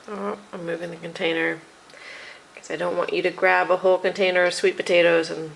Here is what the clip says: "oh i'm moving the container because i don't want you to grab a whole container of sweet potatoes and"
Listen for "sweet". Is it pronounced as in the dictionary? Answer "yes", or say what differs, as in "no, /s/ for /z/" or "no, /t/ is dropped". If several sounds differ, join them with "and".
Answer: yes